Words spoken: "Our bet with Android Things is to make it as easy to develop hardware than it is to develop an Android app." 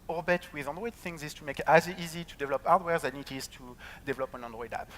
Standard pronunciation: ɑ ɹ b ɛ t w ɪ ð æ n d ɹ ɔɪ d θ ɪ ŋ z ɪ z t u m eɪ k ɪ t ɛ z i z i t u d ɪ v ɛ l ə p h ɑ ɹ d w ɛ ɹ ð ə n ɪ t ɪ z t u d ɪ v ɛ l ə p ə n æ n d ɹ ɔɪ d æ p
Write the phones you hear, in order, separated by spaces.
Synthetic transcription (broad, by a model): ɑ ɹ b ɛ t w ɪ ð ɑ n d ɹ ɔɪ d θ ɪ ŋ z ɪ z t u m eɪ k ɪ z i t i z i t u d ɪ v ɛ l ə p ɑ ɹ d w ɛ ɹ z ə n ɪ t ɪ z t u d ɪ v ɛ l ə p ə n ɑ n d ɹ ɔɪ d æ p